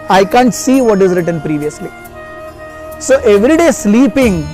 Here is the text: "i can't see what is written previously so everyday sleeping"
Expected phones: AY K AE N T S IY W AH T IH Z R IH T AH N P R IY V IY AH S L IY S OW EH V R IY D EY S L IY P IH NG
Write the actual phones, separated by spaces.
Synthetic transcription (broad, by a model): AY K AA N T S IY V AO T IH Z R IH T AH N P R IY V IY AH S L IY S OW EH V R IY D EY S L IY P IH NG